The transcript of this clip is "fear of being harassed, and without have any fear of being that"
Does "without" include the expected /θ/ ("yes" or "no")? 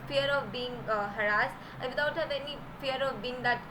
no